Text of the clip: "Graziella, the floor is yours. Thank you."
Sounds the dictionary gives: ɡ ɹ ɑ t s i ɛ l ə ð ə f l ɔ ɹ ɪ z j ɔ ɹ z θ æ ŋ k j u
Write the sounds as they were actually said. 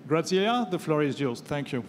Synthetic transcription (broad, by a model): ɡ ɹ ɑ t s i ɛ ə ð ə f l ɔ ɹ ɪ z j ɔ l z θ æ ŋ k j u